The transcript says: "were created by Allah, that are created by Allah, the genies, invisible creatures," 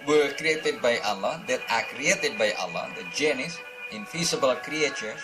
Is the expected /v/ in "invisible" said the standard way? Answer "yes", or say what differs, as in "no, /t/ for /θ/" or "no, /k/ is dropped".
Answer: no, /f/ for /v/